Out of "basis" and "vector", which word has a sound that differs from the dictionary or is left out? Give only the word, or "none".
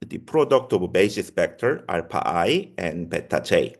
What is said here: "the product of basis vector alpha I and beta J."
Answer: vector